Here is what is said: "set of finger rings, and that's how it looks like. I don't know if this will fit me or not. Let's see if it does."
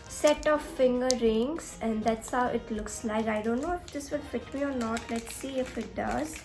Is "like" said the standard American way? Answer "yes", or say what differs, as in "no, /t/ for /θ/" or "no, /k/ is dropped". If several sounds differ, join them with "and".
no, /n/ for /l/